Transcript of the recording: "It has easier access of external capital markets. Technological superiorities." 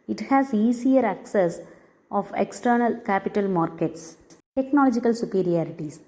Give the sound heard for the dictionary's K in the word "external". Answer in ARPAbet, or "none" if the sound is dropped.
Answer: K